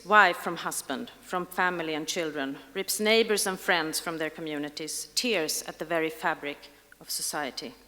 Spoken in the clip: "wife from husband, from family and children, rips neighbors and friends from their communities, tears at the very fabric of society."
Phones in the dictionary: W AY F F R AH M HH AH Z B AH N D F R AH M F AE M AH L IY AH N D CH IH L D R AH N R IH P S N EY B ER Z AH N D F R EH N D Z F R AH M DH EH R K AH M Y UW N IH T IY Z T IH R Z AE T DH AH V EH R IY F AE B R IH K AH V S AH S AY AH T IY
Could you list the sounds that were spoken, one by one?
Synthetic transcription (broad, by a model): W AY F F R AH M HH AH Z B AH N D F R AH M F AE M AH L IY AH N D CH IH L D R AH N R IH P S N EY B ER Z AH N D F R EH N D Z F R AH M DH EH R K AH M Y UW N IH T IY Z T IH R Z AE T DH AH V EH R IY F AE B R IH K AH V S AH S AY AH T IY